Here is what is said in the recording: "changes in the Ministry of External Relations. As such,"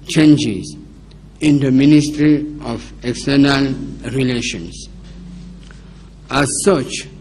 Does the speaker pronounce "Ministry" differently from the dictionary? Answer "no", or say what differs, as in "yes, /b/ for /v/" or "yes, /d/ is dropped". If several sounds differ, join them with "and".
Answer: no